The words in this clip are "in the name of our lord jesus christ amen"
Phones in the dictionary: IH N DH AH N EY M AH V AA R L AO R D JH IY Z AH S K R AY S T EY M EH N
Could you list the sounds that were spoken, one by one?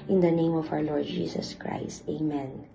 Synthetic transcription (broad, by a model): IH N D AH N EY M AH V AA W L AO R D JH IY S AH S K R AY S T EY M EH N